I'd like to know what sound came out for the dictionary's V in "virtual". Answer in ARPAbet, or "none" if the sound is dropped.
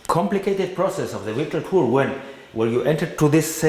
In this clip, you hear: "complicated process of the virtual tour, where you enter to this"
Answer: W